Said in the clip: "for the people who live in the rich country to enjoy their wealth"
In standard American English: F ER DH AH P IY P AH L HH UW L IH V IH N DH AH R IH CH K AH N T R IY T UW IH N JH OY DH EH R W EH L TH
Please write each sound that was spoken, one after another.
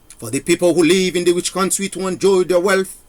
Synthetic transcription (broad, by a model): F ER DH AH P IY P AH L HH UW L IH V IH N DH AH W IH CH K AH N T R IY T UW IH N JH OY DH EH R W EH L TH